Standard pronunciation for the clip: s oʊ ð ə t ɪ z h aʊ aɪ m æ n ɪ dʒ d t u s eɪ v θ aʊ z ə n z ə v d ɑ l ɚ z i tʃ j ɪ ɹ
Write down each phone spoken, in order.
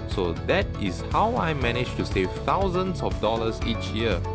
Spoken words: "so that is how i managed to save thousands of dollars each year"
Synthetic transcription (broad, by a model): s oʊ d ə t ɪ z h aʊ aɪ m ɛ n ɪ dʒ t u s eɪ v t aʊ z ə n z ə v d ɑ l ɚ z i tʃ j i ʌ